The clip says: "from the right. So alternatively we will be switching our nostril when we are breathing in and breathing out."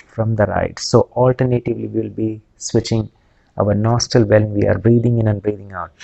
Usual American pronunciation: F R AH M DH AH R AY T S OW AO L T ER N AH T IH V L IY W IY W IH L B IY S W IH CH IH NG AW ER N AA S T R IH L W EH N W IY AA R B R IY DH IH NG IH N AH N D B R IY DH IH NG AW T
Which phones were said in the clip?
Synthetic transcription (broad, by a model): F R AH M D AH R AY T S OW AO L T ER N AH T IH V L IY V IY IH L B IY S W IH CH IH NG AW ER N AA S T IH L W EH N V IY AA R B R IY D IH NG IH N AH N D B R IY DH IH NG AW T